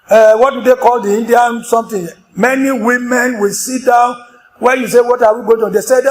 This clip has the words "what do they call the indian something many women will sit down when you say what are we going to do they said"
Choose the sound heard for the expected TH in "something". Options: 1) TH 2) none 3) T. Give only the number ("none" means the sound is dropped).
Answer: 3